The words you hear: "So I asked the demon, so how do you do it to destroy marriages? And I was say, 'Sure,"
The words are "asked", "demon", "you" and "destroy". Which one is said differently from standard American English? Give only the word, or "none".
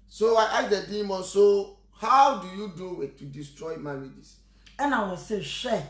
asked